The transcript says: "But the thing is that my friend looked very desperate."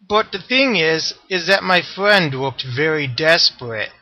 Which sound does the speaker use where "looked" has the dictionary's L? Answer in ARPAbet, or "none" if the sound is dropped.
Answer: W